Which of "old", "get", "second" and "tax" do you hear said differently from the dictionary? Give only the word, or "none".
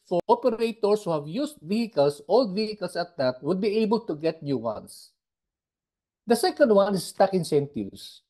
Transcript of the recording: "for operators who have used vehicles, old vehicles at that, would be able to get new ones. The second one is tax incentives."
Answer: tax